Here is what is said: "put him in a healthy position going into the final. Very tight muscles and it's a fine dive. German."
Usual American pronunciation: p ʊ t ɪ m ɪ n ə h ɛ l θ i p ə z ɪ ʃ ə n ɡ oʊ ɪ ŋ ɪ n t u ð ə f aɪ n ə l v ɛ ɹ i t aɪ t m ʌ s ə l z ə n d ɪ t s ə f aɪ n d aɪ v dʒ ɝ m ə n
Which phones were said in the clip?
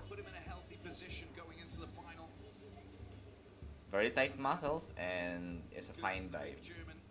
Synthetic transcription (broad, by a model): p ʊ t ɪ m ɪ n ə h ɛ l θ i p ə z ɪ ʃ ə n ɡ oʊ ɪ ŋ ɪ n t u ð ə f aɪ n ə l v ɛ ɹ i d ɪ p m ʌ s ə l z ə n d ɪ t s ə f aɪ n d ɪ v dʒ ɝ m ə n